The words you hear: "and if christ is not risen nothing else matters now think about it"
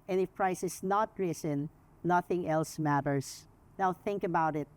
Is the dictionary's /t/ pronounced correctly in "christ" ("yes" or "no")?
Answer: no